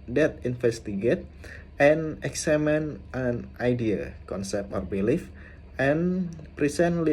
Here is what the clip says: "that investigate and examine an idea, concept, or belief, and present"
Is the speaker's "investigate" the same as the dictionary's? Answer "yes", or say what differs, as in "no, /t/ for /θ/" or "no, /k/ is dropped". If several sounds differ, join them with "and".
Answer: no, /f/ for /v/